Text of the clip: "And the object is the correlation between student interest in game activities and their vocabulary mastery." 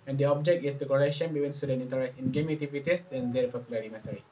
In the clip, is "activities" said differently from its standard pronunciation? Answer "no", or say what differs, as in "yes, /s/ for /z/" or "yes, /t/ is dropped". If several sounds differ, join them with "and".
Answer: yes, /k/ is dropped